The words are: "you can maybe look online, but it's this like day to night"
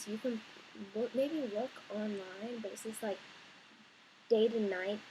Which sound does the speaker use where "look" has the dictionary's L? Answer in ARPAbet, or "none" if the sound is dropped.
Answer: W